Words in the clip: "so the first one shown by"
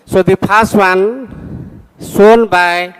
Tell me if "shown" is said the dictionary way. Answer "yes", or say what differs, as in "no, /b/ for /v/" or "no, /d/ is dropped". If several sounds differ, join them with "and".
no, /s/ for /ʃ/